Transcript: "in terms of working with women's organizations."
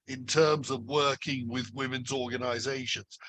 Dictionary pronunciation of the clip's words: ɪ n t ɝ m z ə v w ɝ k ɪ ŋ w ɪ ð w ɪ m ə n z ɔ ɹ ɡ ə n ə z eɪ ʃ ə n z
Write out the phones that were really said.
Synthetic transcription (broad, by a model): ɪ n t ɝ m z ə v w ɝ k ɪ ŋ w ɪ ð w ɪ m ə n z ɔ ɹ ɡ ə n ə z eɪ ʃ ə n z